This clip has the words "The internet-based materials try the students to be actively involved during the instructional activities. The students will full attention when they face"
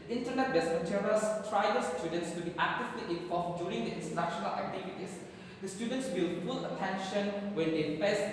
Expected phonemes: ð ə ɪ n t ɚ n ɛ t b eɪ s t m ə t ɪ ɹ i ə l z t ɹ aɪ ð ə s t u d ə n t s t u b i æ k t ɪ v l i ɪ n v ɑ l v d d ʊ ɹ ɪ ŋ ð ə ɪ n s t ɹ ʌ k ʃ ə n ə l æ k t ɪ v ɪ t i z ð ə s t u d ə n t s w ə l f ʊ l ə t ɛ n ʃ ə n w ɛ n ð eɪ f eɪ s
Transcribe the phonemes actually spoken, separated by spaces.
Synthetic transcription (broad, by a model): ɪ n t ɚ n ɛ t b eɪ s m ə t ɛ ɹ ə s t ɹ aɪ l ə s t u d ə n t s t u b i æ k t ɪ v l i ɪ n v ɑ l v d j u ɹ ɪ ŋ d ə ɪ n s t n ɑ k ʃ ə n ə l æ k t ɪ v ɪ t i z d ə s t u d ə n t s w ə l p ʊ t ə t ɛ n ʃ ə n w ɛ n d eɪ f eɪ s